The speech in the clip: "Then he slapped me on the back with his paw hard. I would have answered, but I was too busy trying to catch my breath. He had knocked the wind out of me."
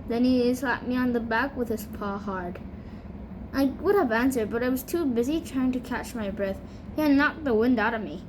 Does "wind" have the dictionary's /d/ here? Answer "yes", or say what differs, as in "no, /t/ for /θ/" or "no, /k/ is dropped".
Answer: yes